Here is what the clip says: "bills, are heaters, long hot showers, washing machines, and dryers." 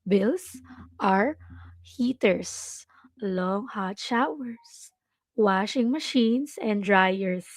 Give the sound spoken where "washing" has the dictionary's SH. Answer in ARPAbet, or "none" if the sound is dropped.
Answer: SH